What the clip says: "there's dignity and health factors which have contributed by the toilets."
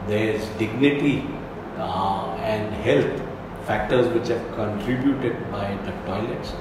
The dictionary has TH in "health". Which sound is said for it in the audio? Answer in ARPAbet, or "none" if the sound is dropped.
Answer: T